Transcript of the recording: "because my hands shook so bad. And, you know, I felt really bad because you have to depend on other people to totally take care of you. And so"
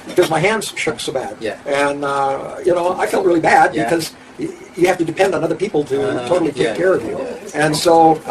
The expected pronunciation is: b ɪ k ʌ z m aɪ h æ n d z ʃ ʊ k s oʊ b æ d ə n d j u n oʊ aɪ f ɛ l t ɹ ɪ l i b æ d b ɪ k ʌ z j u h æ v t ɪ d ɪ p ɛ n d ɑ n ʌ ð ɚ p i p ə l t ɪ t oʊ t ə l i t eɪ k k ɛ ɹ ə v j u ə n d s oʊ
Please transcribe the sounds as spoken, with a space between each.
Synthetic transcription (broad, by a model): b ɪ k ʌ z m aɪ h æ n d z ʃ ʊ k s oʊ b æ d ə n j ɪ n oʊ aɪ f ɛ l t ɹ ɪ l i b æ d b ɪ k ʌ z j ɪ h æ f t ɪ d ɪ p ɛ n d n ʌ ð ɚ p i p l t ɪ t oʊ t l i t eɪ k k ɛ ɹ ə v j u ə n s oʊ